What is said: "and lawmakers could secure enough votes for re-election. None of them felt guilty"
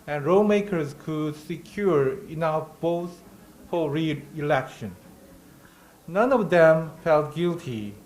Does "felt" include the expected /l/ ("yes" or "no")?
yes